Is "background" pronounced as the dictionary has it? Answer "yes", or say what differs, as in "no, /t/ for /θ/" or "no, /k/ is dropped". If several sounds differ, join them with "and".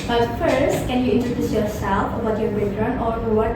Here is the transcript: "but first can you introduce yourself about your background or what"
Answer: no, /k/ is dropped